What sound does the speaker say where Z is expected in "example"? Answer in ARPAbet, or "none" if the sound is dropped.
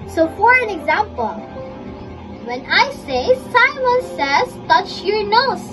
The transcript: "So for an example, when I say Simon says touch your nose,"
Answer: Z